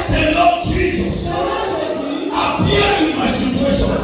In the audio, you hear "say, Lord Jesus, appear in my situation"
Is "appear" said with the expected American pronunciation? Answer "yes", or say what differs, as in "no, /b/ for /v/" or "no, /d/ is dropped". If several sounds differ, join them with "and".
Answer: no, /w/ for /ɹ/